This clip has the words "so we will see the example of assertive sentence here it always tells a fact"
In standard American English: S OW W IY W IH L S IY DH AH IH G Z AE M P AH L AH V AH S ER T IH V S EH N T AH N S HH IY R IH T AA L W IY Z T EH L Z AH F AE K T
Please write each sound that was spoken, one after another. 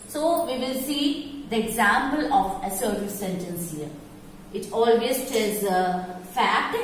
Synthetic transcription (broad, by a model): S OW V IY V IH L S IY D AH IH G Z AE M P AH L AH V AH S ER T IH S EH N T AH N S HH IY R IH T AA L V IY S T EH Z AH F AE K T